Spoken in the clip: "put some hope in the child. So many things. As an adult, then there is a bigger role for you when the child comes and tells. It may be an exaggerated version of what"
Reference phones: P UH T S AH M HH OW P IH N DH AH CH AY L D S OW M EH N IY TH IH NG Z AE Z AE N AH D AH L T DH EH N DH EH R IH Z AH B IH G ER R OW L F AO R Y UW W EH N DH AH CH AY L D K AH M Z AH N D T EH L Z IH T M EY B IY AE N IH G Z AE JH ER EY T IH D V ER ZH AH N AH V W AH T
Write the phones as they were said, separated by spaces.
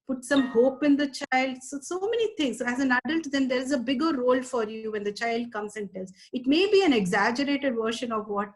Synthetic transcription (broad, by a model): P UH T S AH M HH OW P IH N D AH CH AY L D S OW M EH N IY T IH NG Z AE Z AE N AH D AH L T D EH N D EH R IH Z AH B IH G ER R OW L F AO R Y UW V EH N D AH CH AY L D K AH M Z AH N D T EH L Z IH T M EY B IY AE N IH G Z AE JH ER EY T IH D V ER SH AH N AH V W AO T